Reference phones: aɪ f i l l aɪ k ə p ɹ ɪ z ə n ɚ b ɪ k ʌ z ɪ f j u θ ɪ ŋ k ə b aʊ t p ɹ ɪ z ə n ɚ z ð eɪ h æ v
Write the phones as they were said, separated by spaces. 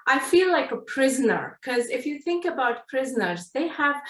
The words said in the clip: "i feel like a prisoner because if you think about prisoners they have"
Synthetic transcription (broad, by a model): aɪ f i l l aɪ k ə p ɹ ɪ z ə n ɚ k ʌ z ɪ f j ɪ θ ɪ ŋ k ə b aʊ t p ɹ ɪ z ə n ɚ z ð eɪ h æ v